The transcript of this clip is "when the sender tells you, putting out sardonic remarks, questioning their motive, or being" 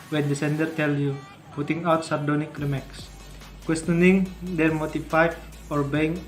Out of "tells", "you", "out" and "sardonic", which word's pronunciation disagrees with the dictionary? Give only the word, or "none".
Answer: tells